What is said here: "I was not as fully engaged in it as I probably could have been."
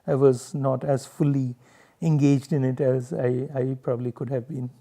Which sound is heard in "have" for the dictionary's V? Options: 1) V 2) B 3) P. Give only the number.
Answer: 1